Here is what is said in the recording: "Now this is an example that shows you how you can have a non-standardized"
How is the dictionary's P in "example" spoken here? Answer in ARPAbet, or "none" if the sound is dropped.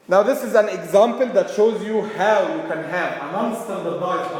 P